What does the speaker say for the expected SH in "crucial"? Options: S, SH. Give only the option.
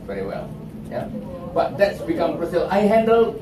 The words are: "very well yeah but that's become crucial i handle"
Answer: S